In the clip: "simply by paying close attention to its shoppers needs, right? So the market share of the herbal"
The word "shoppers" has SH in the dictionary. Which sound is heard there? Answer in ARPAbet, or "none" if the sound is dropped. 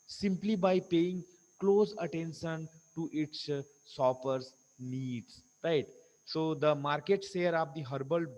S